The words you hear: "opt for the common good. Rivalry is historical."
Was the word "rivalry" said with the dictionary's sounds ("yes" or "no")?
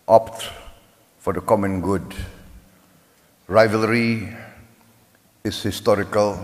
yes